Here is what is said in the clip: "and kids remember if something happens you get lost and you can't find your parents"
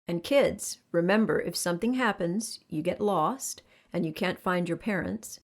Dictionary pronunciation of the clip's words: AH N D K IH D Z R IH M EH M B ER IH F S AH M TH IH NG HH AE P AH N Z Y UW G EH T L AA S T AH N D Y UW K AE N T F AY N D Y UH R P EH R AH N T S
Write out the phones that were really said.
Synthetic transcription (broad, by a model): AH N K IH D Z R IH M EH M B ER IH F S AH M TH IH NG HH AE P AH N Z Y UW G EH T L AA S T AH N Y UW K AE N T F AY N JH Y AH R P EH R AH N T S